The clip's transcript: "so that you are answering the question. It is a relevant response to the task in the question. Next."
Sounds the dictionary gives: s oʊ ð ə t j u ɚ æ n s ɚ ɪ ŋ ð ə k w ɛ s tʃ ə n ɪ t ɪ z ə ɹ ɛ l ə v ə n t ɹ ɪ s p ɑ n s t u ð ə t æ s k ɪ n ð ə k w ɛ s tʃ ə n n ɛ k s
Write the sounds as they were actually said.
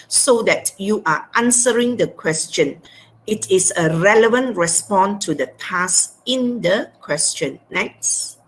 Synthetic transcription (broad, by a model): s oʊ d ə t j u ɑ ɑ n s ɚ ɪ ŋ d ə k w ɛ s tʃ ə n ɪ t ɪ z ə ɹ ɛ l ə v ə n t ɹ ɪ s p ɑ n t u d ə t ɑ s ɪ n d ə k w ɛ s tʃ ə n n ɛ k s